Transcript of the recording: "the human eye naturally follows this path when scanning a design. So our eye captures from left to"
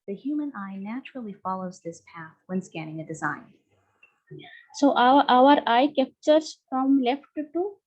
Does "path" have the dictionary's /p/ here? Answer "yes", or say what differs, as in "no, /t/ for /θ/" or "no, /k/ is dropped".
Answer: yes